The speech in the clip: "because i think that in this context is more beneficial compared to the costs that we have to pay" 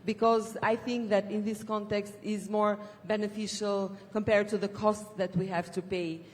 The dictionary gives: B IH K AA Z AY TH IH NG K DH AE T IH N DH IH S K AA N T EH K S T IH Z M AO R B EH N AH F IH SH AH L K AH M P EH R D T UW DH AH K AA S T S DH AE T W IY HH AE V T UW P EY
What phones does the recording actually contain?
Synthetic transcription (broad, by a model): B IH K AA Z AY TH IH NG K DH AE T IH N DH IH S K AA N T EH K S T IH Z M AO R B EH N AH F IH SH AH L K AH M P EH R D T UW DH AH K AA S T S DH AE T W IY HH AE V T UW P EY